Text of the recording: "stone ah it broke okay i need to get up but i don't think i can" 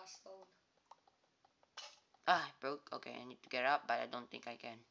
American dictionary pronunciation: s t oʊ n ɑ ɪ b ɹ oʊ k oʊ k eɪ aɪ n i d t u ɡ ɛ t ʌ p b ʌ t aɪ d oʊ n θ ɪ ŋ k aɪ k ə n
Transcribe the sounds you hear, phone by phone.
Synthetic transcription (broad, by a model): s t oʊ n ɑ ɪ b ɹ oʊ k oʊ k eɪ aɪ n i d t u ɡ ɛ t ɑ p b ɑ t aɪ d oʊ n t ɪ ŋ k aɪ k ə n